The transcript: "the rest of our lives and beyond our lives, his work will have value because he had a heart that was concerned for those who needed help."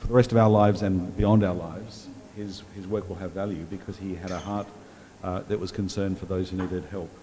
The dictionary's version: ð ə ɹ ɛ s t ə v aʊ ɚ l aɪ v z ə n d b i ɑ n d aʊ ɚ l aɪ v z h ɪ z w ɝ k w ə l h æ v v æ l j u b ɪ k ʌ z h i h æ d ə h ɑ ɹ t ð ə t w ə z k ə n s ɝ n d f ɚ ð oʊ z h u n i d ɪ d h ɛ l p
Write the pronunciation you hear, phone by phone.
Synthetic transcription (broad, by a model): ð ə ɹ ɛ s t ə v aʊ ɚ l aɪ v z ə n b i ɑ n d aʊ ɚ l aɪ v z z ɪ z w ɝ k w ə l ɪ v v æ l j u b ɪ k ʌ z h i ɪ d ə h ɑ ɹ t ð ə t w ə z k n s ɝ n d f ɚ ð oʊ z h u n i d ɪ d h ɛ l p